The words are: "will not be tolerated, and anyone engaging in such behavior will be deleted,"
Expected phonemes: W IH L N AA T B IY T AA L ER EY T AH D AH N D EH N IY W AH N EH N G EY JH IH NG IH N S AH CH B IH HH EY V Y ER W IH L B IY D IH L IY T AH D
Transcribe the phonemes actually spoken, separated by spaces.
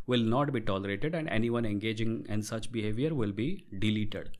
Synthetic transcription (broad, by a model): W IH L N AA T B IY T AA L ER EY T AH D AH N D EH N IY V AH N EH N G EY JH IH NG IH N S AH CH B IH HH EY V Y ER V IH L B IY D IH L IY T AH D